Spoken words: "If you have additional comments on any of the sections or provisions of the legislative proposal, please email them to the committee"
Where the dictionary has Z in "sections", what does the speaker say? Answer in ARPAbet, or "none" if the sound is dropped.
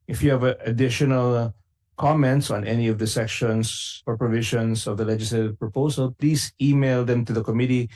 S